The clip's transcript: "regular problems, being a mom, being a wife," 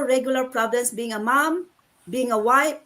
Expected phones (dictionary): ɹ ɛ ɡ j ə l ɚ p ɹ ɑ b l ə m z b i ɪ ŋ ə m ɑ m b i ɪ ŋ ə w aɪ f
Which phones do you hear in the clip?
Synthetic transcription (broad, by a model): ɹ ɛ ɡ j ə l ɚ p ɹ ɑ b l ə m s b i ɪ ŋ ə m ɑ m b i ɪ ŋ ə w aɪ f